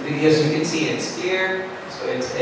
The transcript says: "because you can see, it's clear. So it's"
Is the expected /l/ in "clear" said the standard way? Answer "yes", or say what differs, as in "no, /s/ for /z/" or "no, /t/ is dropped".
no, /l/ is dropped